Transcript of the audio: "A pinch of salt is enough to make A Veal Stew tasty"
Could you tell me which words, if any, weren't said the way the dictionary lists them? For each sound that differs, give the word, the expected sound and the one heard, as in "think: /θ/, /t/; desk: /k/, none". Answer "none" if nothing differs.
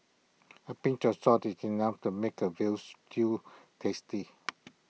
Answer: salt: /l/, none